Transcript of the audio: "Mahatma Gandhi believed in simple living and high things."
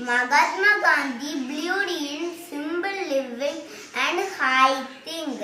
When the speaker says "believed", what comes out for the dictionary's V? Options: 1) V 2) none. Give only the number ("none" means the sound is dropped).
2